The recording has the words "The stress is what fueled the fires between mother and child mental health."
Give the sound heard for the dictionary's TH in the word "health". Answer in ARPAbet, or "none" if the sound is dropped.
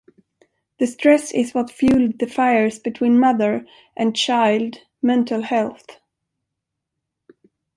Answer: TH